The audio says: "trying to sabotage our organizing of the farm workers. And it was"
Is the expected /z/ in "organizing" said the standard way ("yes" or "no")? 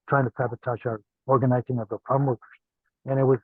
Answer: yes